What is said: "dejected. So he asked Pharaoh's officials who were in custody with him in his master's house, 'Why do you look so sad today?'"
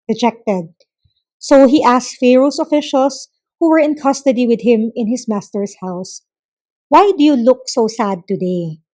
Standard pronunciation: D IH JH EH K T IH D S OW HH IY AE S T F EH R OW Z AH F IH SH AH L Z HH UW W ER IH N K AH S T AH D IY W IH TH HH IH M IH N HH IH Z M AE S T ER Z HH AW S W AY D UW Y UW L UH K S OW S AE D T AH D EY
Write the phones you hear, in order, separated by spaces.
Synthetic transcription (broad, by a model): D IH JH EH K T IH D S OW HH IY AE S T F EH R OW S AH F IH SH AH L S HH UW W ER IH N K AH S T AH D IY W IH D HH IH M IH N HH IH S M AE S T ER S HH AW S W AY D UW Y UW L UH K S OW S AE D T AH D EY